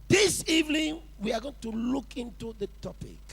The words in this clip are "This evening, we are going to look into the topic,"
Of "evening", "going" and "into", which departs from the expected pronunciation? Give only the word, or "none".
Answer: none